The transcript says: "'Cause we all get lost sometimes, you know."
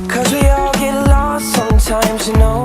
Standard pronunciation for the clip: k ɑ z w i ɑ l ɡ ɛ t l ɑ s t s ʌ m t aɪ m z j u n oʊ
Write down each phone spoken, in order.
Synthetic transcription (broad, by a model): k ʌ z w i ɑ l ɡ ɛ t l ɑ t s ʌ m t aɪ m z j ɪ n oʊ